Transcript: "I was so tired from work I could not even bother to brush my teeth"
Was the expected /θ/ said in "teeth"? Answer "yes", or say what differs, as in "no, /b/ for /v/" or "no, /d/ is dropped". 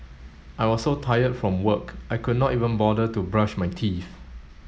no, /f/ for /θ/